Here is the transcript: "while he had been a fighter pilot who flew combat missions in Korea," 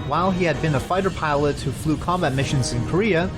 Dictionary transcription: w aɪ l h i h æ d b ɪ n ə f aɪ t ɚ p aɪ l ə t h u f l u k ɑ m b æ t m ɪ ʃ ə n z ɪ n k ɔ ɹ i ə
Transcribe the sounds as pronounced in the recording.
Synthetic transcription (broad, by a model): w aɪ l i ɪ d b ɪ n ə f aɪ t ɚ p aɪ l ə t h u f l u k ɑ m b æ t m ɪ ʃ ə n z ɪ n k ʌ ɹ i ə